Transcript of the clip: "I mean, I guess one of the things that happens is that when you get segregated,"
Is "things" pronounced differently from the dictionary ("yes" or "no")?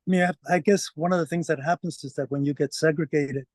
no